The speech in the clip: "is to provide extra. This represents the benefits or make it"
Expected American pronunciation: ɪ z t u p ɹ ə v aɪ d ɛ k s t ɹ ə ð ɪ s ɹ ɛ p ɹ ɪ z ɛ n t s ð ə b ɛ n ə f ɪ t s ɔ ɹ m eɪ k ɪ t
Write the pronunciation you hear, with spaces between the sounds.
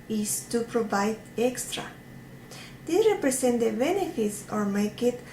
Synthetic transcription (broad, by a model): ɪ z t u p ɹ ə v aɪ d ɛ k s t ɹ ə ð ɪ ɹ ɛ p ɹ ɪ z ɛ n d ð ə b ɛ n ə f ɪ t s ɔ ɹ m eɪ k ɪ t